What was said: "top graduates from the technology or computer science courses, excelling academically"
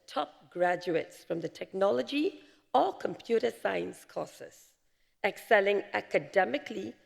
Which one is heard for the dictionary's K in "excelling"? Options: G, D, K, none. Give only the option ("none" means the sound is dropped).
K